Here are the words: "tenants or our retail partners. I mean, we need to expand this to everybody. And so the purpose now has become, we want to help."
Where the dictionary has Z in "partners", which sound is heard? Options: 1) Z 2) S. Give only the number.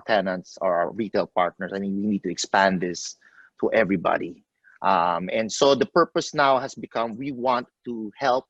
2